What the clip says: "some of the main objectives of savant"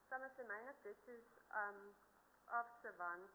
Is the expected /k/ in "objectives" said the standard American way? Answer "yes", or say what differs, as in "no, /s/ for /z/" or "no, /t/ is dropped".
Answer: no, /k/ is dropped